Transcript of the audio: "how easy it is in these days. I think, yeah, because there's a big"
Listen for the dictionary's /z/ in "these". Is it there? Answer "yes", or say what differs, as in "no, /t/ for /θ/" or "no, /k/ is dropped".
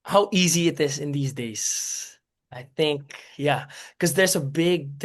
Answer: yes